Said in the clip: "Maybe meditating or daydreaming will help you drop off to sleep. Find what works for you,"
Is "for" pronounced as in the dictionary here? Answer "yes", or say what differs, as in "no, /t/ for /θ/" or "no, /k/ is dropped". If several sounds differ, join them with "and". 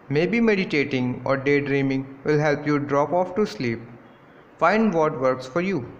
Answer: yes